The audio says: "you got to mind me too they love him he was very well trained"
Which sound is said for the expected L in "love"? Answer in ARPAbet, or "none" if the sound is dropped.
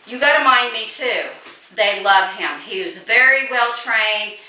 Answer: L